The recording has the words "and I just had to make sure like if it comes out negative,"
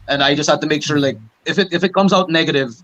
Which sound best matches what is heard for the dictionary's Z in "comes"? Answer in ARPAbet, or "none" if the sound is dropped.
Z